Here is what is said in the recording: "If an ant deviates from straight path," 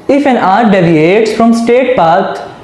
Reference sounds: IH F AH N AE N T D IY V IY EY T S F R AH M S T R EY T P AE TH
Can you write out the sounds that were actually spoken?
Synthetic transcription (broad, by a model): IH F AH N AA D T D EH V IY EY T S F R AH M S T EY T P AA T